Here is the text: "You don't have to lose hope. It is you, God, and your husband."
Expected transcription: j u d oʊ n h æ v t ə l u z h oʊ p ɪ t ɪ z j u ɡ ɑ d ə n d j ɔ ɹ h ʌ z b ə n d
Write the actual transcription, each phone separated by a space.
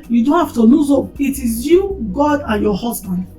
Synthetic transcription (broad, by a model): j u d oʊ n h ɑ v t ə n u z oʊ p ɪ t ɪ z j u ɡ ɑ d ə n j ɔ h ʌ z b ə n d